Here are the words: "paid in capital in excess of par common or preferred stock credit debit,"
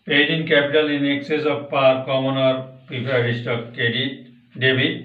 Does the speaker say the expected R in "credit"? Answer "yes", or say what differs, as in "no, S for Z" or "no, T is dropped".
no, R is dropped